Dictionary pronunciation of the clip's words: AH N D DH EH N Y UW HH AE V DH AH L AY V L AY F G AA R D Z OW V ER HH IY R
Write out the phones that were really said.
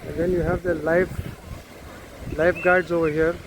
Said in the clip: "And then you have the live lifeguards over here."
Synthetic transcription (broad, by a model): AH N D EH N Y UW HH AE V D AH L AY F L AY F G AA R D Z OW V ER HH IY R